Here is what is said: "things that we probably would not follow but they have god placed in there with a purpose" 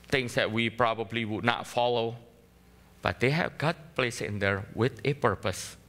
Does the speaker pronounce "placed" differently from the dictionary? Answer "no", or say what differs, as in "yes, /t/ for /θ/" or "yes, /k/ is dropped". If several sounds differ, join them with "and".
yes, /t/ is dropped